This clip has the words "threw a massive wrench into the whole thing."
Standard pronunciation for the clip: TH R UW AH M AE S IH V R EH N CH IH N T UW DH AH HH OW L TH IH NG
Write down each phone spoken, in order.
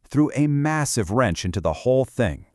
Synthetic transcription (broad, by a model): TH R UW AH M AE S IH V R EH N CH IH N T UW DH AH HH OW L TH IH NG